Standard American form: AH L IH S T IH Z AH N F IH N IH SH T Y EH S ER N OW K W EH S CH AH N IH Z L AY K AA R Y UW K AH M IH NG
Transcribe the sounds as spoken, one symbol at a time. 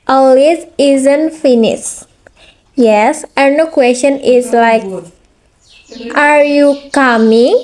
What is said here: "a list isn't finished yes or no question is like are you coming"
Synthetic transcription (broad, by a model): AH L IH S IH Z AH N F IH N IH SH Y EH S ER N OW K W EH S CH AH N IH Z L AY K AA R Y UW K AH M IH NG